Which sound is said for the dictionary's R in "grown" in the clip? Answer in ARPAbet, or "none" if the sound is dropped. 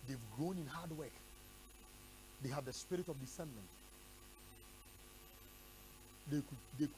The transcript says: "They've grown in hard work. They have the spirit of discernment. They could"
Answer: R